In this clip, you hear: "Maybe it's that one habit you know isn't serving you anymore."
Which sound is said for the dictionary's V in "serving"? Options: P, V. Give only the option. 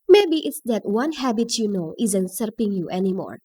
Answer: P